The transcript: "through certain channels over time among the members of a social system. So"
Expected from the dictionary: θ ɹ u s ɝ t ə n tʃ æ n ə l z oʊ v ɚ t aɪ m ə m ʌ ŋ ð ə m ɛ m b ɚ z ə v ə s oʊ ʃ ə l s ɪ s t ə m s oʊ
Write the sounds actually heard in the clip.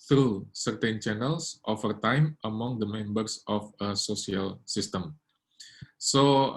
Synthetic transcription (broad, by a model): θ ɹ u s ɝ t ə n tʃ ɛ n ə l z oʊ f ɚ t aɪ m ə m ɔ ŋ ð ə m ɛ m b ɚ s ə f ə s oʊ s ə l s ɪ s t ə m s oʊ